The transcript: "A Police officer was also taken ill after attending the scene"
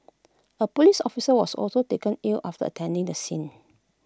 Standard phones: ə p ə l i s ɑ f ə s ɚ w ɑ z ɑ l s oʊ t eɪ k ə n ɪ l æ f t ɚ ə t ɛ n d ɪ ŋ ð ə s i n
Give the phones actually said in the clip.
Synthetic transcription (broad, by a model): ə p ə l i s ɑ f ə s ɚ w ɑ s ɑ l s oʊ t eɪ k ə n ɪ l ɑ f t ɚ ə t ɛ n d ɪ ŋ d ə s i n